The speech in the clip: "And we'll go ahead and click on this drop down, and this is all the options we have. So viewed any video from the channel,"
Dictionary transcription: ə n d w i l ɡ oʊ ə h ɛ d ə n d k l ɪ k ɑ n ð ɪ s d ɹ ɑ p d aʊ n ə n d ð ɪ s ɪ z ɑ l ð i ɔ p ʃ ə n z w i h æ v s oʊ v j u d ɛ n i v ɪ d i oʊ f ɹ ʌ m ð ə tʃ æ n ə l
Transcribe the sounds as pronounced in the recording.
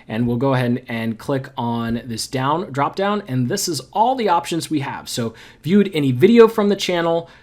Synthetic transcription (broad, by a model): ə n w i l ɡ oʊ ə h ɛ d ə n k l ɪ k n ð ɪ s d ɹ ɑ p d aʊ n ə n ð ɪ s ɪ z ɑ l ð i ɔ p ʃ ə n z w i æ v s oʊ v j u d ɛ n i v ɪ d i oʊ f ɹ ʌ m ð ə tʃ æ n l